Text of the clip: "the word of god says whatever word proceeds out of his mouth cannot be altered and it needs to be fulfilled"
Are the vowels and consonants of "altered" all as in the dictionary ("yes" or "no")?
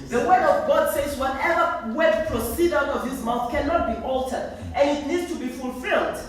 yes